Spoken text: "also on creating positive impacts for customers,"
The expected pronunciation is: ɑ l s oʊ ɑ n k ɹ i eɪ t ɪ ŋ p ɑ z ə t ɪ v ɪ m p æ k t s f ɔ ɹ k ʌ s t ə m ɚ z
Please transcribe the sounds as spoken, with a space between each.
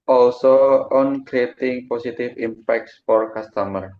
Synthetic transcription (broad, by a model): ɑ l s oʊ ɑ n k ɹ i eɪ t ɪ ŋ p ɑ s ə t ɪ f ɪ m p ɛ k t s f ɔ ɹ k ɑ s t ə m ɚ